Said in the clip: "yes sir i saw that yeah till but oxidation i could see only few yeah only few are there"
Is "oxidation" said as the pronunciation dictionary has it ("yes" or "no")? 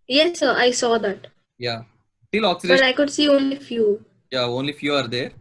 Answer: no